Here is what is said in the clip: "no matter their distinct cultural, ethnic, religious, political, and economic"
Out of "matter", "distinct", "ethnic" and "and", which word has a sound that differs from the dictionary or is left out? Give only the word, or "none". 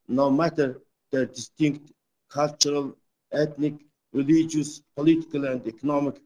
ethnic